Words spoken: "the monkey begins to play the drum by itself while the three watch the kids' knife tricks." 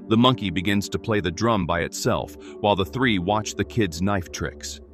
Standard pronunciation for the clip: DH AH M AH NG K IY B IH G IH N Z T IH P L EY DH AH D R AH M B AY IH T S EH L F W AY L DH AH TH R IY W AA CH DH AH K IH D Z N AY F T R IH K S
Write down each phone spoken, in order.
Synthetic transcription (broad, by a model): DH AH M AH NG K IY B IH G IH N Z T IH P L EY DH AH D R AH M B AY IH T S EH L F W AY L DH AH TH R IY W AA CH DH AH K IH D Z N AY F T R IH K S